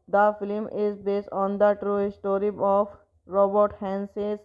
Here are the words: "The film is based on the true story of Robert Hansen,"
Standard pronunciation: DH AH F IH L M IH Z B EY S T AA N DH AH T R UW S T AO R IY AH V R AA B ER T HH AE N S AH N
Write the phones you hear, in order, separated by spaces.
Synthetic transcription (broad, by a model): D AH F IH L M IH Z B EY S T AA N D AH T R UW S T AO R IY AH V R AA B ER T HH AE N S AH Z